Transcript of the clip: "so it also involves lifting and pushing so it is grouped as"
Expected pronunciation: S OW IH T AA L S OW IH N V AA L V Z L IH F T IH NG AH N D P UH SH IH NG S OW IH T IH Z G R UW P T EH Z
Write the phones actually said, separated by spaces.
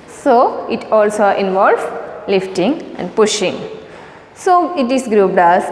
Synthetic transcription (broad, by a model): S OW IH T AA L S OW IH N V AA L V L IH F T IH NG AH N D P UH SH IH NG S OW IH T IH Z G R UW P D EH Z